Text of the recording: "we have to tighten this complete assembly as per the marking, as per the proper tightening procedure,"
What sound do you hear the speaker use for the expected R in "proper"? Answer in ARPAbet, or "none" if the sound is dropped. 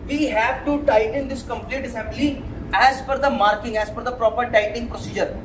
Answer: R